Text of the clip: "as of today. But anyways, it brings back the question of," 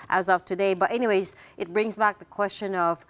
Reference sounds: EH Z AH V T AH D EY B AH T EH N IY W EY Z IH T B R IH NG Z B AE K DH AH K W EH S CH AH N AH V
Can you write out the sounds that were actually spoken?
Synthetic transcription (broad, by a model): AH Z AH V T AH D EY B AH T EH N IY W EY Z IH T B R IH NG Z B AE K DH AH K W EH S CH AH N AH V